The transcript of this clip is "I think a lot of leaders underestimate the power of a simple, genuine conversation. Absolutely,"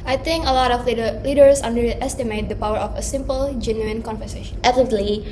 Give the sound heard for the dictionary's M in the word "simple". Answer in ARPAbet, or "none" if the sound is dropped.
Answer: M